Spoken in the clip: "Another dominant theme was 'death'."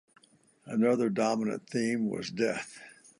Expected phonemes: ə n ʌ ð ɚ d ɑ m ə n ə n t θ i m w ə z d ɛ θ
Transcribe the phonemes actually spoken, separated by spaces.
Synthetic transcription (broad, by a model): ə n ʌ ð ɚ d ɑ m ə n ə n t θ i m w ə z d ɛ θ